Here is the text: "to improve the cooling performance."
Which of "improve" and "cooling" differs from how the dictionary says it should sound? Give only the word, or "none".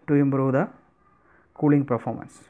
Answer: improve